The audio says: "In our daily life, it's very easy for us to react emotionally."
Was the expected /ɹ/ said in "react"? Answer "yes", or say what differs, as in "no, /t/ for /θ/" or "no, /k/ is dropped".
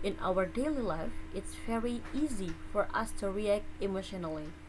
yes